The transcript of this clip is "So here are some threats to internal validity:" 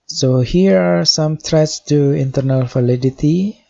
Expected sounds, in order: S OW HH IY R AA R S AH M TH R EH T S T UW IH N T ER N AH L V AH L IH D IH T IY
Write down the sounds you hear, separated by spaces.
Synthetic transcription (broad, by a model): S OW HH IY R AA R S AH M T R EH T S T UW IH N T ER N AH L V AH L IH D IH T IY